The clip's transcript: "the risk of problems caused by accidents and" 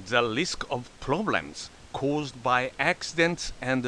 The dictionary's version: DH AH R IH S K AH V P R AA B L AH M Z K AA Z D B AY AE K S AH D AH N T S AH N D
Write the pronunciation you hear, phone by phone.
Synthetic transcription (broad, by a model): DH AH L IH S K AH V P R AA B L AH M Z K AA Z D B AY AE K S AH D AH N T S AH N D